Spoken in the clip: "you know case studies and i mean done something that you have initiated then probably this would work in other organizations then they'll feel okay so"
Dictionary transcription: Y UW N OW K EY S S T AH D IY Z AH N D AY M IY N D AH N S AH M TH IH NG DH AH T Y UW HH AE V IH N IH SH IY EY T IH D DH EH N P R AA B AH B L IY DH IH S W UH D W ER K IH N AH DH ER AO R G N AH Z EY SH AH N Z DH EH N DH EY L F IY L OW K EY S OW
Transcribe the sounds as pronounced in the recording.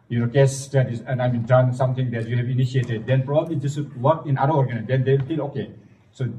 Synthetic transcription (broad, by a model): Y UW N OW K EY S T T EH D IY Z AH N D AY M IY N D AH N S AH M T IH NG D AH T Y UW HH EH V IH N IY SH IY EY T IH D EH N P R AA B AH B L IY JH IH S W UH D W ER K IH N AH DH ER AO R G AH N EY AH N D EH N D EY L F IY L OW K EY S OW